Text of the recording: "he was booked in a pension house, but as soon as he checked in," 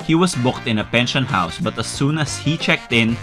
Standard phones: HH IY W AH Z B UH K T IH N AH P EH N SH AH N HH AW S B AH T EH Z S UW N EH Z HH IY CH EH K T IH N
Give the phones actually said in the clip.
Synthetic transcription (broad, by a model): HH IY W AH S B UH K T IH N AH P EH N SH AH N HH AW S B AH T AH S UW N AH S HH IY CH EH K T IH N